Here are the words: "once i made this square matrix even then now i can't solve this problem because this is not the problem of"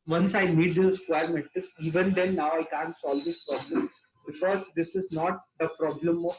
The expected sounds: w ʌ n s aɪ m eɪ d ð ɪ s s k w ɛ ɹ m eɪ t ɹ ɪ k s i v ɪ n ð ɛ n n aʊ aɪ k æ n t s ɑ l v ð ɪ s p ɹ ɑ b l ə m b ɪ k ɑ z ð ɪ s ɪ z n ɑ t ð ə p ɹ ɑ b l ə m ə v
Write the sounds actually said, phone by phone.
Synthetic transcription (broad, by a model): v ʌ n s aɪ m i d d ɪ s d k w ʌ ɹ m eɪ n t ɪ s i v ɪ n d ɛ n n aʊ aɪ k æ n t s ɑ l v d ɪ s p ɹ ɑ b l ə m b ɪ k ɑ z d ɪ s ɪ z n ɑ t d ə p ɹ ɑ b l ə m